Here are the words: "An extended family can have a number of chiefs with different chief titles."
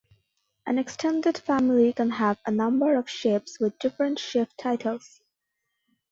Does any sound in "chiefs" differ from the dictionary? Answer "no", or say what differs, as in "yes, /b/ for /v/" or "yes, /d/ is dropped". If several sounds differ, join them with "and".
yes, /ʃ/ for /tʃ/ and /p/ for /f/